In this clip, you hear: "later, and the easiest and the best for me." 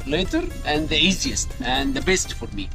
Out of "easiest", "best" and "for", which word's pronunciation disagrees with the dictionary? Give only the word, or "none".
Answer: none